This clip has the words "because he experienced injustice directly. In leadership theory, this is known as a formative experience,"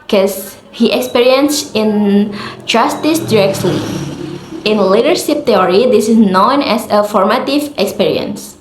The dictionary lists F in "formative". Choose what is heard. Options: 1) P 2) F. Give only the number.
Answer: 2